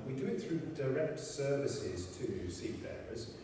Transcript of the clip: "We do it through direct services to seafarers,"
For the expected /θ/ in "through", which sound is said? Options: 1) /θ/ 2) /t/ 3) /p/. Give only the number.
1